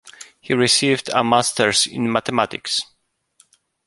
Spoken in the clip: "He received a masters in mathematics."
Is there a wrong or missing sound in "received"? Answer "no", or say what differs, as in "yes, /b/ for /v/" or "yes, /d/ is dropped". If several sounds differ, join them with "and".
no